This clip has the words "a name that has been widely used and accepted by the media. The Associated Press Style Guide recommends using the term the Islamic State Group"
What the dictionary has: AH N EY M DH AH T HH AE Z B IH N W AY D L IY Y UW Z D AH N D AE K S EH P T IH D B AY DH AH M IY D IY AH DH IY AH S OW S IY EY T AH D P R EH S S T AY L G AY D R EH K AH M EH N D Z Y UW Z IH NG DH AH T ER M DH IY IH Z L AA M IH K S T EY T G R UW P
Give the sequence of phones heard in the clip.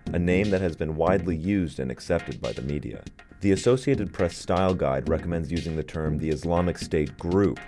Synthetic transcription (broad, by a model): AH N EY M DH AH T HH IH Z B IH N W AY D L IY Y UW Z D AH N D AE K S EH P T IH D B AY DH AH M IY D IY AH DH IY AH S OW S IY EY T AH D P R EH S S T AY L G AY D R EH K AH M EH N D Z Y UW Z IH NG DH AH T ER M DH IY IH Z L AA M IH K S T EY T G R UW P